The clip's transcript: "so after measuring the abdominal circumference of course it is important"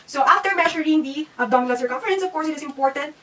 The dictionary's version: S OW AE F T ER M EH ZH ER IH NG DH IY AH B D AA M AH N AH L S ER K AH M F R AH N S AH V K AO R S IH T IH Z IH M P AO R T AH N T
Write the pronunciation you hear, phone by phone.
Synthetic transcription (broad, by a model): S OW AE F T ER M EH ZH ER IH NG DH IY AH D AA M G L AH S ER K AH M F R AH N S AH V K AO R S IH T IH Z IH M P AO R T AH N T